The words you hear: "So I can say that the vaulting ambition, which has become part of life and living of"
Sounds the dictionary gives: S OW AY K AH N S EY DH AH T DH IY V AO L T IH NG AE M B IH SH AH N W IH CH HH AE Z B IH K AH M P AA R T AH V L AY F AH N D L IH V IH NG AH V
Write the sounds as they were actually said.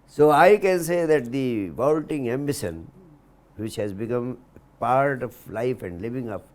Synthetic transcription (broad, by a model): S OW AY K AH N S EY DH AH T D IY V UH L T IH NG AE M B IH S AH N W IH CH HH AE Z B IH K AH M P AA R T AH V L AY F AH N D L IH V IH NG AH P